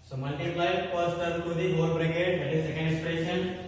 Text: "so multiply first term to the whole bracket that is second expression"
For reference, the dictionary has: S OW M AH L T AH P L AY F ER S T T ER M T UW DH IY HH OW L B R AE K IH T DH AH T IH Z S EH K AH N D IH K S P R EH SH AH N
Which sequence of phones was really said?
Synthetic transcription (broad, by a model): S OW M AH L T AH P L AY P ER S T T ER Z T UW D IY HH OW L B R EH K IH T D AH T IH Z S EH K AH N D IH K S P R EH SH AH N